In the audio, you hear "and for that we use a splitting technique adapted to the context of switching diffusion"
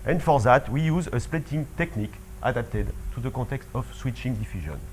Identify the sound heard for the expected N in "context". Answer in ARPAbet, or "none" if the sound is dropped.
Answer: none